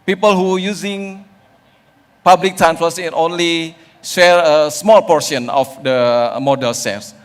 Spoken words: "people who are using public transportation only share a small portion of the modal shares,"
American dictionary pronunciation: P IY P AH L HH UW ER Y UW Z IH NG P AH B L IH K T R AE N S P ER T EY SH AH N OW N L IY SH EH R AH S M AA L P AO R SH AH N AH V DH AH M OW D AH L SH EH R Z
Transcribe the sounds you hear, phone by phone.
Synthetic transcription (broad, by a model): P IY P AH L HH UW Y UW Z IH NG P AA B L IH K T R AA N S F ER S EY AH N OW N L IY SH EH R AH S M AA L P AO R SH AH N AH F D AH M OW D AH L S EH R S